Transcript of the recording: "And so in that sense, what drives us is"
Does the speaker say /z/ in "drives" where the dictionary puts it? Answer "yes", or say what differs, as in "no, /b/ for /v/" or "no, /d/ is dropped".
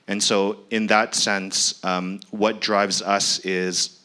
yes